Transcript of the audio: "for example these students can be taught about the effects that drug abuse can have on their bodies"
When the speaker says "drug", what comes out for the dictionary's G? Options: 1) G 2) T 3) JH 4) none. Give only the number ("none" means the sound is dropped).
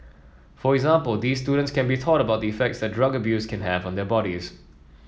1